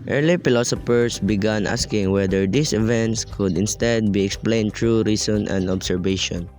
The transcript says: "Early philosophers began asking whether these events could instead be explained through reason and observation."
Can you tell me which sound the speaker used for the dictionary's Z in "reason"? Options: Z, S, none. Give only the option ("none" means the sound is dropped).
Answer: S